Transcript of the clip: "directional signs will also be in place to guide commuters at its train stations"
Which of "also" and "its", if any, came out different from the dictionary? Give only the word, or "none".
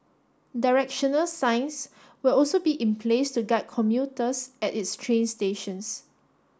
none